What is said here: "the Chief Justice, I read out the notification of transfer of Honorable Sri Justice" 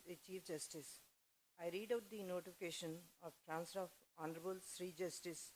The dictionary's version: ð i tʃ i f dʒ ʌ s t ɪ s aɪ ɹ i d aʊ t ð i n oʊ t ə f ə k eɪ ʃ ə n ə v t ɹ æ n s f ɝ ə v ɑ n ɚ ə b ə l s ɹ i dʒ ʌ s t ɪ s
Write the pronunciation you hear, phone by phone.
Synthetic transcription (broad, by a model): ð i tʃ i f dʒ ʌ s t ɪ s aɪ ɹ i d aʊ t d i n oʊ t ə f ə k eɪ ʃ ə n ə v t ɹ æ n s ɝ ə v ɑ n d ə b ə l s ɹ i dʒ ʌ s t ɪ s